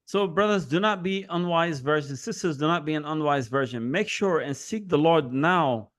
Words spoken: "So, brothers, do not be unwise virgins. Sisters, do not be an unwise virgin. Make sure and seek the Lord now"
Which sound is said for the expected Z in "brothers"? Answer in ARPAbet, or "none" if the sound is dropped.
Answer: Z